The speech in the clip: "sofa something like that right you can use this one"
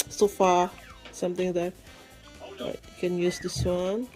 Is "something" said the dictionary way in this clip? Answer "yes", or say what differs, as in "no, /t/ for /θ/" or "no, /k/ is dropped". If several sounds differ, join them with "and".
no, /t/ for /θ/